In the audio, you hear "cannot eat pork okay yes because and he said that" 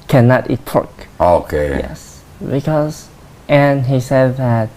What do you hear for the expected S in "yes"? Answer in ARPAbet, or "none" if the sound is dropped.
S